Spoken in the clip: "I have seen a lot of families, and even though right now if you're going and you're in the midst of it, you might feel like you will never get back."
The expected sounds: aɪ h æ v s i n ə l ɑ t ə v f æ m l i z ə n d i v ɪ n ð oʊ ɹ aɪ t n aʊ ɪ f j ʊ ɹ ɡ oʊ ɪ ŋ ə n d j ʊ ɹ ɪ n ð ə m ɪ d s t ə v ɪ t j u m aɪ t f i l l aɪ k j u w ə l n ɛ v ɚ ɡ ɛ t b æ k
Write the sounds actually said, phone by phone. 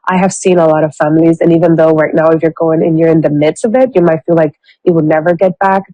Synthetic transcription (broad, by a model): aɪ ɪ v s i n ə l ɑ t ə v f æ m l i z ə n i v ɪ n ð oʊ ɹ aɪ t n aʊ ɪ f j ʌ ɹ ɡ oʊ ɪ ŋ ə n j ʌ ɹ ɪ n ð ə m ɪ d s t ə v ɪ t j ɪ m aɪ t f i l l aɪ k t w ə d n ɛ v ɚ ɡ ɛ t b æ k